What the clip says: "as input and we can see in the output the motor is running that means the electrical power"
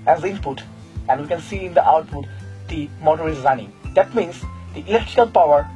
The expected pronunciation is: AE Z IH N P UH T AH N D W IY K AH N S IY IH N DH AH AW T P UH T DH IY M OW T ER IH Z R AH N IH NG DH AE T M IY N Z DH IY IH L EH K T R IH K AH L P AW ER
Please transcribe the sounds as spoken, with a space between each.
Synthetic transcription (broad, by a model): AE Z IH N P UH T AH N D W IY K AH N S IY IH N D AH AW T P UH T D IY M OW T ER IH Z R AH N IH NG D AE T M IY N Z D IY IH L EH K T R IH K AH L P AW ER